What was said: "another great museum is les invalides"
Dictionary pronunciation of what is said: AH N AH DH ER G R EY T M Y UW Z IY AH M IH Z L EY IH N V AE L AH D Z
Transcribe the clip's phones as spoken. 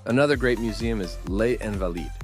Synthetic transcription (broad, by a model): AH N AH DH ER G R EY T M Y UW Z IY AH M IH Z L EY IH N V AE L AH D